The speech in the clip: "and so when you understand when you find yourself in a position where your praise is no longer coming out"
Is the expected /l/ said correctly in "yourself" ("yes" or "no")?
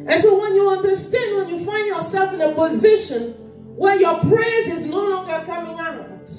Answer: yes